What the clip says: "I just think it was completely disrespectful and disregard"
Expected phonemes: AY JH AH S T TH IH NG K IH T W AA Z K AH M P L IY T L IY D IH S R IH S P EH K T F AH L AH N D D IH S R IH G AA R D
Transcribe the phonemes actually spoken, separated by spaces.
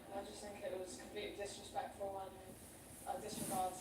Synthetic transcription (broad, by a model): AY JH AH S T TH IH NG K IH T W AA Z K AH M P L IY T IY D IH S R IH S P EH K T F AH W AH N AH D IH S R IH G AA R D